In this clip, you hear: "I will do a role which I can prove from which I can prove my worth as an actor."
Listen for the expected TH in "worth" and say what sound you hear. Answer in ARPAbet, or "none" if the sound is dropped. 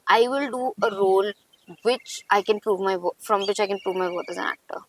T